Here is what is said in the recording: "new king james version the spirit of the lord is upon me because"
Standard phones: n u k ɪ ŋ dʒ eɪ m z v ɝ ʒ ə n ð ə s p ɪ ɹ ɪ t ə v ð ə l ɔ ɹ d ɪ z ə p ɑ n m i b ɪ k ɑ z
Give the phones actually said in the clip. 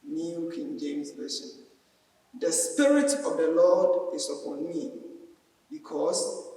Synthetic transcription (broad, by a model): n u k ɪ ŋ dʒ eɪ m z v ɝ s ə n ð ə s p ɪ ɹ ɪ t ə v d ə l ɔ d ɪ s ə p ɑ n m i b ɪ k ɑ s